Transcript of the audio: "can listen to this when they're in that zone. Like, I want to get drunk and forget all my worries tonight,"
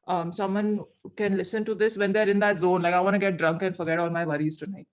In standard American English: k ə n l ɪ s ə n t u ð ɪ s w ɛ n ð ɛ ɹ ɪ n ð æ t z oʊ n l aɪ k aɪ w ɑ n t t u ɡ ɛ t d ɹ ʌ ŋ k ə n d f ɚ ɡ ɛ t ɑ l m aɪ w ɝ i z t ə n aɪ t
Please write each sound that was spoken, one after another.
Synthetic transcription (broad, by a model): k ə n l ɪ s ə n t u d ɪ s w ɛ n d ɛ ɹ ɪ n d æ t z oʊ n l aɪ k aɪ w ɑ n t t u ɡ ɛ t d ɹ ʌ ŋ k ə n f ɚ ɡ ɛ t ɑ l m aɪ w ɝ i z t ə n aɪ t